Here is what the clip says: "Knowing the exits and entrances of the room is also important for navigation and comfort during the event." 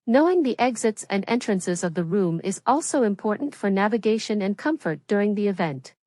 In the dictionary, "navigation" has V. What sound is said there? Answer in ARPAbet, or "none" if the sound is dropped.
V